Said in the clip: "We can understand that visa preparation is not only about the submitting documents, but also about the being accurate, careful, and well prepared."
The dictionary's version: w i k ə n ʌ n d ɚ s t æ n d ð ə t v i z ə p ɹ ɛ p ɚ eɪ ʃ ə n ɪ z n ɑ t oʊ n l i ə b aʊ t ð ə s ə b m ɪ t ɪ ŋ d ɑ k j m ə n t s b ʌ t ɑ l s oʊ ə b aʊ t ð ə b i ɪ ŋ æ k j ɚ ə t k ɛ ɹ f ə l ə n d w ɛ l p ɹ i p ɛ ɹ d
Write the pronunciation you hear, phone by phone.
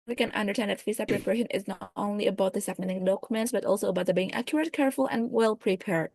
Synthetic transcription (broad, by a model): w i k ə n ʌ n d ɚ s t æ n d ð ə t f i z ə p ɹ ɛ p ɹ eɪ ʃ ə n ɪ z n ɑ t oʊ n l i ə b aʊ t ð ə s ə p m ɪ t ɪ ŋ d ɑ k j m ə n t s b ʌ t ɑ l s oʊ ə b aʊ t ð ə b i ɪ ŋ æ k j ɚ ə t k ɛ ɹ f ə l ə n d w ɛ l p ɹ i p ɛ ɹ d